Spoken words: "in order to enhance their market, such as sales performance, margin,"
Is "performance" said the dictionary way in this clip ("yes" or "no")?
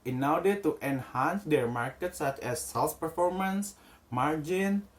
yes